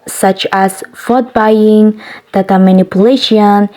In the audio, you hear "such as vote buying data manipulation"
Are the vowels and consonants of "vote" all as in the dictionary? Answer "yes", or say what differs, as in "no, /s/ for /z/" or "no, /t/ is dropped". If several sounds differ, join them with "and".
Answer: no, /f/ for /v/